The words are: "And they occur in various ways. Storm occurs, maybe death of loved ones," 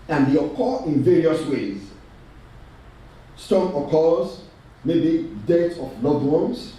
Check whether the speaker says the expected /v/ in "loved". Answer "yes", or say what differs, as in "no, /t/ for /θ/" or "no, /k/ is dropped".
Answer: no, /v/ is dropped